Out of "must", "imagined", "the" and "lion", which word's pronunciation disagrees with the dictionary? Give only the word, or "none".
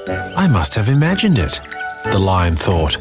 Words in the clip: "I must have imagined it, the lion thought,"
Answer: none